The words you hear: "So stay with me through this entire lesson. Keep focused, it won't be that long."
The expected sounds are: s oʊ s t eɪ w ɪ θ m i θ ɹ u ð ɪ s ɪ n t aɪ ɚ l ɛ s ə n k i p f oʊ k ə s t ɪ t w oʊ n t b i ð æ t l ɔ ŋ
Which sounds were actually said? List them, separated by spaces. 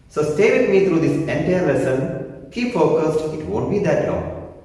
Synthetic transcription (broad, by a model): s oʊ s t eɪ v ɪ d m i t ɹ u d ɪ s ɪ n t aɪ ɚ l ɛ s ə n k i f oʊ k ə s t ɪ t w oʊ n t b i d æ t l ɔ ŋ